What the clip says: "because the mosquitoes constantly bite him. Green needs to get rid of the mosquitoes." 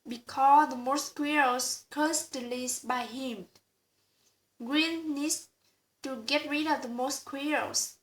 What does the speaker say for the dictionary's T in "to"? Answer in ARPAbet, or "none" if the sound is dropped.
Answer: T